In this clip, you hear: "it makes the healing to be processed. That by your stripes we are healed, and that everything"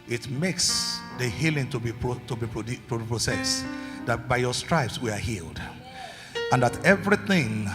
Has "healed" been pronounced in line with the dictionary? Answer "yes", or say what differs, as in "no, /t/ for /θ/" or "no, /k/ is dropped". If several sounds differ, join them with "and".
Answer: yes